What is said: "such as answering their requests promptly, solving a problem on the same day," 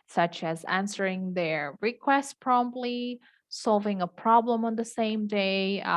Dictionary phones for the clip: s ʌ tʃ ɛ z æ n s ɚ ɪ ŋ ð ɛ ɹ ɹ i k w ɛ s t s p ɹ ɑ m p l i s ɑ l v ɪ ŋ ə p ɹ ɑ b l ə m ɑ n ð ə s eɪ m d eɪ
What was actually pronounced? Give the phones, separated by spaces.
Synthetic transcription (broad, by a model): s ʌ tʃ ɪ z æ n s ɚ ɪ ŋ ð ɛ ɹ ɹ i k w ɛ s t p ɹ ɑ m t l i s ɑ l v ɪ ŋ ə p ɹ ɑ b l ə m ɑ n ð ə s eɪ m d eɪ